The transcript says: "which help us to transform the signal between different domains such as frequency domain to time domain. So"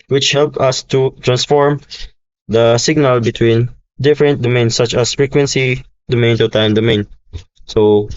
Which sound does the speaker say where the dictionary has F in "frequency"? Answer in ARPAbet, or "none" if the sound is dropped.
F